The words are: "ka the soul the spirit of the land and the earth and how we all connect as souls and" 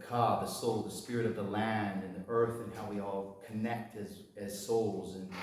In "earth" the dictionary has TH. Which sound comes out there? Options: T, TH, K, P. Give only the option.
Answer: TH